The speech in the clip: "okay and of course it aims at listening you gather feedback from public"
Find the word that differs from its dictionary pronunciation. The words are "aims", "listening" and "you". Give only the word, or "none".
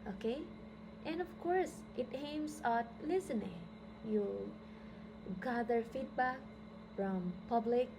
aims